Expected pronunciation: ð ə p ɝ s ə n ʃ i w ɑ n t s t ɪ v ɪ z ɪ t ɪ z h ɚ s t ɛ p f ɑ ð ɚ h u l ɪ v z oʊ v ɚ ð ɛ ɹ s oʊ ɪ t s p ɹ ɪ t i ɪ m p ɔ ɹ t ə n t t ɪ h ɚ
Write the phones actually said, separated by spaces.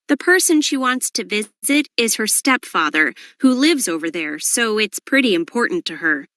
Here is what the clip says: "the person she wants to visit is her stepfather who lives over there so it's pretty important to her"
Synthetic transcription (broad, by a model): ð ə p ɝ s ə n ʃ i w ɑ n t s t ɪ v ɪ z ɪ t ɪ z h ɚ s t ɛ p f ɑ ð ɚ h u l ɪ v z oʊ v ɚ ð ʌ ɹ s oʊ ɪ t s p ɹ ɪ t i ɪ m p ɔ ɹ t n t t ɪ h ɚ